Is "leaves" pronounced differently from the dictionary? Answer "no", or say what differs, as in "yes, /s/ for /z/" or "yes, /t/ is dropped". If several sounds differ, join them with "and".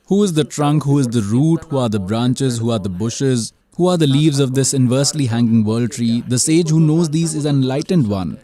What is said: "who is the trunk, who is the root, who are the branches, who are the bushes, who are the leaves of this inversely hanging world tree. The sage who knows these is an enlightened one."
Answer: no